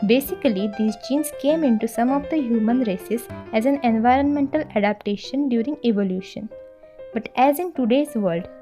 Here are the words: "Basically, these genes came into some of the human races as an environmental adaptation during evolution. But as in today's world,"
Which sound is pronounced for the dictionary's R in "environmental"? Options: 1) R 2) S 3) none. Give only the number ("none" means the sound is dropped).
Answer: 1